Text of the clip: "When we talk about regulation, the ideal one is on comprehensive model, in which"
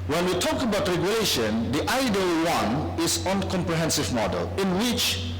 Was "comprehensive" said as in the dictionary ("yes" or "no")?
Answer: yes